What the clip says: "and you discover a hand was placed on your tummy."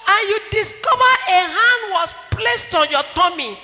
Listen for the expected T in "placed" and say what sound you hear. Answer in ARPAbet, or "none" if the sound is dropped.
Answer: T